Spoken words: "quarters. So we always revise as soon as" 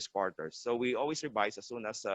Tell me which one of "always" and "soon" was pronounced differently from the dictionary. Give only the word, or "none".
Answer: always